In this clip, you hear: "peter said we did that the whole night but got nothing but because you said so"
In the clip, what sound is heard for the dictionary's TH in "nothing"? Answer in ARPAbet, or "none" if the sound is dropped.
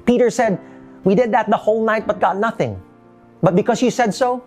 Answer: TH